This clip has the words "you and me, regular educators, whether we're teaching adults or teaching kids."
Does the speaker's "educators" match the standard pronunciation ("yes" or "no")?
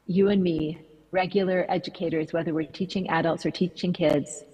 yes